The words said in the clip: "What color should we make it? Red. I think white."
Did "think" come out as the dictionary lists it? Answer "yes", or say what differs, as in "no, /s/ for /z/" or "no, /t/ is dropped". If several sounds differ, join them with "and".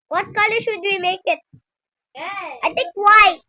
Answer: no, /t/ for /θ/